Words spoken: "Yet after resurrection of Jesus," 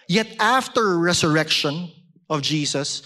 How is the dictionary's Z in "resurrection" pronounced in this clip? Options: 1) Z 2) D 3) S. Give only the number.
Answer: 3